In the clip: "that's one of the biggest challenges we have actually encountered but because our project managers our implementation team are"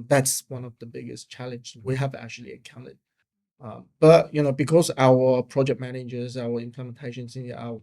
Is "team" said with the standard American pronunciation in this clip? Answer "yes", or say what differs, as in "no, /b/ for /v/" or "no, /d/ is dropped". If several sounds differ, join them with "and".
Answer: no, /s/ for /t/